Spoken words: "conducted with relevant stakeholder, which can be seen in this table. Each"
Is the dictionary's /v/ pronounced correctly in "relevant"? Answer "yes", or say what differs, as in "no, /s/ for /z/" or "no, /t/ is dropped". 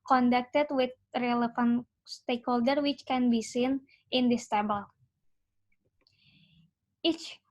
no, /f/ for /v/